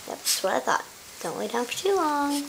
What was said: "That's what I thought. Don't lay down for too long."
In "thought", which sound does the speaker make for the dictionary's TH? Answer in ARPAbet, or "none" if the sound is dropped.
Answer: TH